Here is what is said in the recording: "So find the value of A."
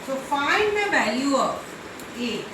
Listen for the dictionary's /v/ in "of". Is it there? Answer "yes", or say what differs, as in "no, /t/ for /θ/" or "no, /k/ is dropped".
no, /p/ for /v/